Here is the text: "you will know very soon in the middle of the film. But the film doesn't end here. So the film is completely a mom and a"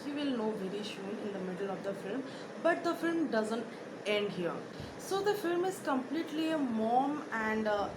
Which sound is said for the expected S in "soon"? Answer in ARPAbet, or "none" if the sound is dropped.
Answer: SH